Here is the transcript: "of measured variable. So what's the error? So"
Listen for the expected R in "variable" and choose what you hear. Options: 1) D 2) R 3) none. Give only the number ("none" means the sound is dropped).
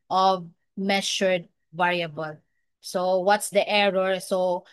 2